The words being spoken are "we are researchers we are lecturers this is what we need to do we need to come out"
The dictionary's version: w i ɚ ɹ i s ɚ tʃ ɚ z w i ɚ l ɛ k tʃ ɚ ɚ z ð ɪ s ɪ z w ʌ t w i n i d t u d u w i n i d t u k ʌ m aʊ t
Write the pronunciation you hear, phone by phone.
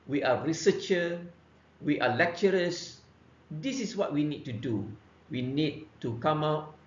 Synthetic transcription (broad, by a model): w i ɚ ɹ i s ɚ tʃ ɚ w i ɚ l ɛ k tʃ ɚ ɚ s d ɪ s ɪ s w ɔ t w i n i d t u d u w i n i d t u k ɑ m aʊ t